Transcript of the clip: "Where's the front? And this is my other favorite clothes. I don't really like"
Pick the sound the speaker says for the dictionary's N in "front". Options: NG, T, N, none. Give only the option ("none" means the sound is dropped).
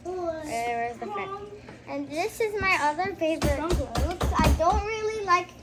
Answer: none